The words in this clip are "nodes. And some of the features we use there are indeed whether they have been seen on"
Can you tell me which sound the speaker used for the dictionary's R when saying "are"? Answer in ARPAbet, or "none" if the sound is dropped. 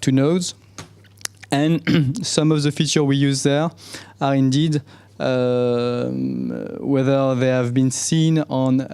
R